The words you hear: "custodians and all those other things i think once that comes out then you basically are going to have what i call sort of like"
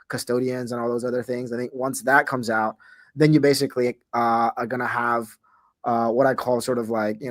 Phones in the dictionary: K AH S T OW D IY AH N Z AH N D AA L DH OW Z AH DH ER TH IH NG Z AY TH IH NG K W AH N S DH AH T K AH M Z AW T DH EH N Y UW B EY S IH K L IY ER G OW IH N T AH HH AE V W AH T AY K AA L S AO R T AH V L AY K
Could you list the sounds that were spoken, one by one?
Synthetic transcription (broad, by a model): K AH S T OW D IY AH N Z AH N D AA L DH OW Z AH DH ER TH IH NG Z AY TH IH NG K W AH N S DH AH T K AH M Z AW T DH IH N Y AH B EY S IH K L IY ER G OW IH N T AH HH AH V W AH T AY K AA L S AO R T AH V L AY K